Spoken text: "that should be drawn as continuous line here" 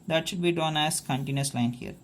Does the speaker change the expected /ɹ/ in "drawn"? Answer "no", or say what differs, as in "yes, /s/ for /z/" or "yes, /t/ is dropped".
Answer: yes, /ɹ/ is dropped